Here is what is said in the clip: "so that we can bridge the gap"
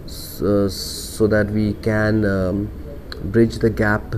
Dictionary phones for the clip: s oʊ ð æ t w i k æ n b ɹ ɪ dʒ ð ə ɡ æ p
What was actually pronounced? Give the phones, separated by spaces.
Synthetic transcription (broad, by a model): s oʊ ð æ t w i k æ n b ɹ ɪ dʒ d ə ɡ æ p